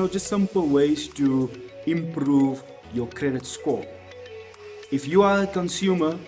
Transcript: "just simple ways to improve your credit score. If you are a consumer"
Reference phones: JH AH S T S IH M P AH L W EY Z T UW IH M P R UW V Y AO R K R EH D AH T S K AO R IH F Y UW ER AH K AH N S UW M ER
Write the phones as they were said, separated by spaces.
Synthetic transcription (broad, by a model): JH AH S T S IH M P AH L W EY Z T UW IH M P R UW V Y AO K R EH D AH T S K AO IH F Y UW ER AH K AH N S UW M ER